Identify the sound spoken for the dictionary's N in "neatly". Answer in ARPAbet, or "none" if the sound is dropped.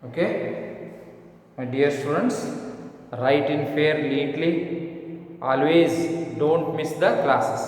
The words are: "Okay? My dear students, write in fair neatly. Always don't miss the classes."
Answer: L